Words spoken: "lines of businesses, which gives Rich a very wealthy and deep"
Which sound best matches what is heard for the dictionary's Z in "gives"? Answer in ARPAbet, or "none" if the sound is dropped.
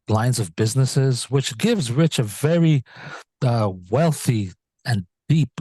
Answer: Z